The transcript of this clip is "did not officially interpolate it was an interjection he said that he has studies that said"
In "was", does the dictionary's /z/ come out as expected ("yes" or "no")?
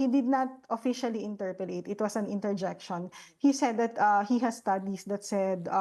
no